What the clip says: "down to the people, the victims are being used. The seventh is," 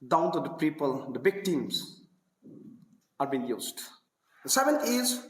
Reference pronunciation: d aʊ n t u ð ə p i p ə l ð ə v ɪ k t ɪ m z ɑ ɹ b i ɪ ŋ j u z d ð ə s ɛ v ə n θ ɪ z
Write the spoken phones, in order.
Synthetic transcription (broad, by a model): d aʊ n t u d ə p i p ə l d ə b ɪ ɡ t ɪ m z ɑ ɹ b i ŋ j u z d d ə s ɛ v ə n t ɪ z